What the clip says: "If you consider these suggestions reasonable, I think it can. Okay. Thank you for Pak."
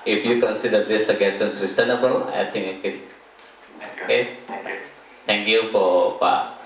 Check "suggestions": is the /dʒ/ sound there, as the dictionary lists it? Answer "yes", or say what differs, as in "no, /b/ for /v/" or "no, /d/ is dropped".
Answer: no, /dʒ/ is dropped